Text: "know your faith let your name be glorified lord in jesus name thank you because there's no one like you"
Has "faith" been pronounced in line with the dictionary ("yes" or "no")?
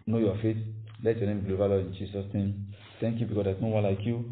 no